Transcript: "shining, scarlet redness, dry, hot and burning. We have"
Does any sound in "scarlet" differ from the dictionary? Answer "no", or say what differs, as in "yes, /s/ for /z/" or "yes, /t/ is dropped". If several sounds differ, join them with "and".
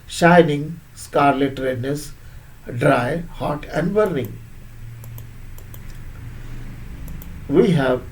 no